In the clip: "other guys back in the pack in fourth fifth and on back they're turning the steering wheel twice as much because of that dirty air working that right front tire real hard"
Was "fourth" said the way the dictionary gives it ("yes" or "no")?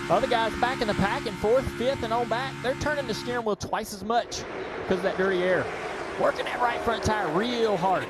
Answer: yes